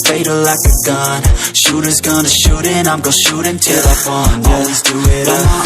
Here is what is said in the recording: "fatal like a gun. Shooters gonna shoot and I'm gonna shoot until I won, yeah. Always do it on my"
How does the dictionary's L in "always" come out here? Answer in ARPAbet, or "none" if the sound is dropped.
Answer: N